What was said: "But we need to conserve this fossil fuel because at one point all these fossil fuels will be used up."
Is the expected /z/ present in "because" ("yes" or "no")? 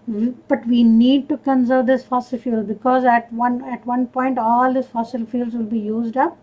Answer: yes